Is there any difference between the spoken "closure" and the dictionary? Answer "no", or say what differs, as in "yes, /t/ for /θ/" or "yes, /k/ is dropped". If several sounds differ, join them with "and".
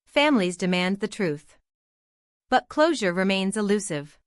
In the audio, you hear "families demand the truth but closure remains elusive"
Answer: no